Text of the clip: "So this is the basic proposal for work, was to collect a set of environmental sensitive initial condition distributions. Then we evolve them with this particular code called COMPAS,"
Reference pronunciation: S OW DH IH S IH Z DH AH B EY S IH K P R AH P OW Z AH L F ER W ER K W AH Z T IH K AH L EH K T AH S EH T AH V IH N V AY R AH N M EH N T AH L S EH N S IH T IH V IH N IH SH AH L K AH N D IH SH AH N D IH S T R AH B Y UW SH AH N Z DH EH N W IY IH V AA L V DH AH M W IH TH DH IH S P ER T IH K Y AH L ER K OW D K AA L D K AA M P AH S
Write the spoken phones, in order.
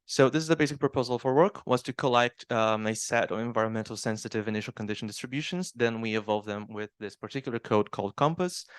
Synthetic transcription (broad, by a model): S OW DH IH S IH Z DH AH B EY S IH K P R AH P OW Z AH L F ER W ER K W AH Z T IH K AH L EH K T AH S EH T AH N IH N V AY R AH N M EH N T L S EH N S IH T IH V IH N IH SH L K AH N D IH SH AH N D IH S T R AH B Y UW SH AH N Z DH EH N W IY IH V AA L V DH AH M W IH DH IH S P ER T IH K Y L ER K OW D K AA L D K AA M P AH S